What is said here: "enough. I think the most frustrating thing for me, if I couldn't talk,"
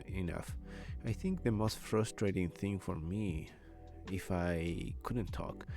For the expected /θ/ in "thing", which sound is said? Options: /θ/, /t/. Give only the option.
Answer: /θ/